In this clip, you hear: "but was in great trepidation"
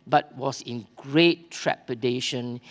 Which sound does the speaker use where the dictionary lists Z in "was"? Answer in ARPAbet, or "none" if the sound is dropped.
S